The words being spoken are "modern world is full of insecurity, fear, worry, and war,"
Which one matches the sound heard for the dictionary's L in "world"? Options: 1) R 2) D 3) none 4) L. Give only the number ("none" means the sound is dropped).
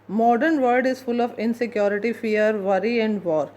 3